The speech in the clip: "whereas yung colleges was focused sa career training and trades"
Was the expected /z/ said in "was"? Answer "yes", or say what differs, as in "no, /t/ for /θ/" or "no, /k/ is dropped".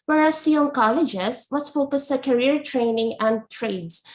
no, /s/ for /z/